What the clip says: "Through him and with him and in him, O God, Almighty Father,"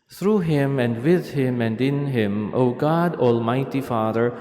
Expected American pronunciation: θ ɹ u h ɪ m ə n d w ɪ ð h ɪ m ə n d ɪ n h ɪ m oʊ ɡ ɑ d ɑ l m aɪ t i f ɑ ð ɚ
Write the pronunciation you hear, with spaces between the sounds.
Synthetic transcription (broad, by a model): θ ɹ u h ɪ m ə n d w ɪ ð h ɪ m ə n d ɪ n h ɪ m oʊ ɡ ɑ d ɑ l m aɪ t i f ɑ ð ɚ